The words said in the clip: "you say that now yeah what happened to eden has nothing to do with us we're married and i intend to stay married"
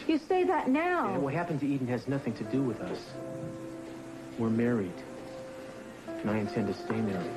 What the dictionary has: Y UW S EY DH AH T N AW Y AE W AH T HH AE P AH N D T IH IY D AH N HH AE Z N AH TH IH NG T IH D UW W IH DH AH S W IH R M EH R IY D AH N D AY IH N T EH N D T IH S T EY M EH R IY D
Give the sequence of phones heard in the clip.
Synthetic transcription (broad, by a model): Y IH S EY DH AH T N AW W AH T HH AE P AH N T IH IY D N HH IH Z N AH TH IH NG T IH D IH W IH DH AH S W IH R M EH R IY D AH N AY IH N T EH N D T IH S T EY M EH R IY